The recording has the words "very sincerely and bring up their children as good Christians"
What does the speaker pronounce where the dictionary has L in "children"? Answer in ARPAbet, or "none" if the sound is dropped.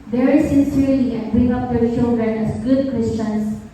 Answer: none